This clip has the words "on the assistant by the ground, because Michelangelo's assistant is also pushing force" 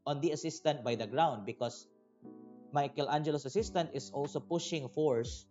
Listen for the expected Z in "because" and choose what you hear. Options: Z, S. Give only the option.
S